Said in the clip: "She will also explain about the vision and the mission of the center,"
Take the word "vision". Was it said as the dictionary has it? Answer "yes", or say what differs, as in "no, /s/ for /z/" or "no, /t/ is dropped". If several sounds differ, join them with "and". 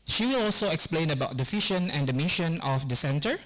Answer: no, /f/ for /v/ and /ʃ/ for /ʒ/